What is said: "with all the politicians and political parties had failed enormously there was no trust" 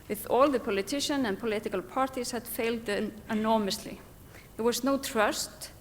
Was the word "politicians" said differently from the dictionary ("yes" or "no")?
yes